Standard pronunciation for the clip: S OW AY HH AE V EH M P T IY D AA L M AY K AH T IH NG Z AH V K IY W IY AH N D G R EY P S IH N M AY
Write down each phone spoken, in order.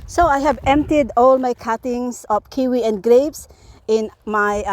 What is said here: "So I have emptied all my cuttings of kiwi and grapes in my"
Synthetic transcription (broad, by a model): S OW AY HH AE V EH M P T IY D AA L M AY K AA T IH NG S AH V K IY W IY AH N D G R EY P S IH N M AY